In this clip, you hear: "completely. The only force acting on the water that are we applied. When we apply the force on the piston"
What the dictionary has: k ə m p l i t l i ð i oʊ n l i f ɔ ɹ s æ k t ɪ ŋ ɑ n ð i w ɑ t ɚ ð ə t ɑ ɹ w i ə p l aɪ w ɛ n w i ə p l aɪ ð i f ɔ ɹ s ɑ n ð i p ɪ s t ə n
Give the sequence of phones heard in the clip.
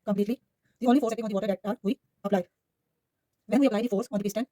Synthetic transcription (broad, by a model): k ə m p l i t l i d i oʊ n l i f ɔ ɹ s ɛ t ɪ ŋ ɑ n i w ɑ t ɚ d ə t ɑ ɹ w i ə p l aɪ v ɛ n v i ə p l aɪ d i f ɔ ɹ s ɑ n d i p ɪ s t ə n